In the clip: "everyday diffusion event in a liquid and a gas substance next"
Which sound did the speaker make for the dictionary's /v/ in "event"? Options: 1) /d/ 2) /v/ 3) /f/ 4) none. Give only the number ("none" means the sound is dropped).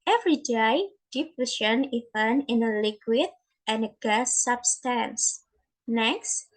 4